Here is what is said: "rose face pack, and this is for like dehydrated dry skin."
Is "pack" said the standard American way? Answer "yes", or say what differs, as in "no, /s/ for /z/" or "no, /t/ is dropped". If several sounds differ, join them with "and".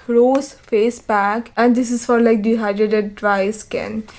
no, /b/ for /p/